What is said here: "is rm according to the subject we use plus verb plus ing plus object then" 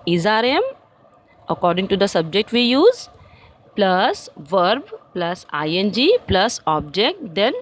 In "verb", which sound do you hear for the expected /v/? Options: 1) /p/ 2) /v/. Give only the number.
2